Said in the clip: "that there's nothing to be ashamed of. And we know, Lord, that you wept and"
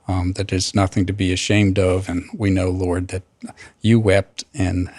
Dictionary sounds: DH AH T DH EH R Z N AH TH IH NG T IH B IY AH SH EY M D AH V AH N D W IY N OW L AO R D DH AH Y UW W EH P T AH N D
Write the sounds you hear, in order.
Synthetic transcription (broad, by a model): DH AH T DH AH R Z N AH TH IH NG T IH B IY AH SH EY M D AH V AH N W IY N OW L AO R D DH AH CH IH W EH P T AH N